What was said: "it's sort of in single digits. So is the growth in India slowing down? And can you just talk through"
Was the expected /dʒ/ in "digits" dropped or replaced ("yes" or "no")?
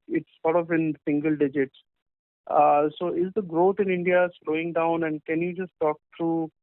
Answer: no